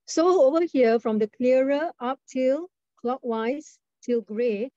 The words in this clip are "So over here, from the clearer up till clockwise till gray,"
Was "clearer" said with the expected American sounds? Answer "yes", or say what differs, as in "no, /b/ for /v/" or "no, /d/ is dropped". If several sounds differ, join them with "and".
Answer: no, /ɹ/ is dropped